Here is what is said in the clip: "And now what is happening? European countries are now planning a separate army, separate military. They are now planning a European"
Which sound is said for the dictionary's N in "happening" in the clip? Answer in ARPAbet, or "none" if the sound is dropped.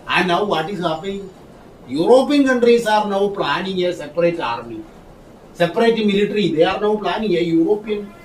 none